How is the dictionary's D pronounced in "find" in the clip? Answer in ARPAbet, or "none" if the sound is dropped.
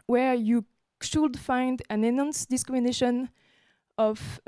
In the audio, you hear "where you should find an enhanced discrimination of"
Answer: D